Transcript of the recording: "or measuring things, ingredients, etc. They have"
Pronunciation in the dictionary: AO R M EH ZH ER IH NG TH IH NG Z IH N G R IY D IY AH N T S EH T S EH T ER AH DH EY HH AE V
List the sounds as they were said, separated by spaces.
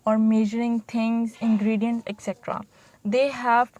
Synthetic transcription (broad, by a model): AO R M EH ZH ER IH NG T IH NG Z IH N G R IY D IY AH N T EH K S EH T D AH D EY HH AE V